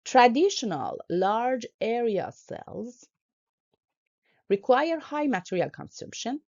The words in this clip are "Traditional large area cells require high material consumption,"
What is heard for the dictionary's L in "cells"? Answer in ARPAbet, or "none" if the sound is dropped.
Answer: L